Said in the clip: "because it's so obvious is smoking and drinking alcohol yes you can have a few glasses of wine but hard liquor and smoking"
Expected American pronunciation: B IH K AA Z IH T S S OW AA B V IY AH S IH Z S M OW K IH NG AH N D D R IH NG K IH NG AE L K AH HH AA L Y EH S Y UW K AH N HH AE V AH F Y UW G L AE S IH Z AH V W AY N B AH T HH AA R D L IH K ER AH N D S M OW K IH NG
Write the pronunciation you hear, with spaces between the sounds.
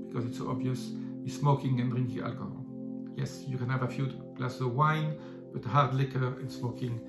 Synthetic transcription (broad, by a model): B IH K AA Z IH T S S OW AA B V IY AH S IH S M OW K IH NG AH N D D R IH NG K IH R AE L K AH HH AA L Y EH S Y UW K AH N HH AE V AH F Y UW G L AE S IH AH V W AY N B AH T HH AA R D L IH K ER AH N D S M OW K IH NG